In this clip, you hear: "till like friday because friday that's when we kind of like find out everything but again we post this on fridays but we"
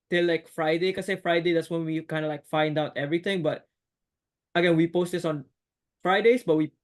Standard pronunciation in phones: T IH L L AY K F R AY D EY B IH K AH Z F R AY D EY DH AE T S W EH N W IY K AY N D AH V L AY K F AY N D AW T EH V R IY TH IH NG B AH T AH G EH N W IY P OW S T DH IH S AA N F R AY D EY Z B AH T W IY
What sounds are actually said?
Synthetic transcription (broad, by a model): T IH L L AY K F R AY D EY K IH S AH F R AY D EY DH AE T S W EH N W IY K AY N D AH L AY K F AY N D AW T EH V R IY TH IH NG B AH T AH G EH N W IY P OW S T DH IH S AA N F R AY D EY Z B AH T W IY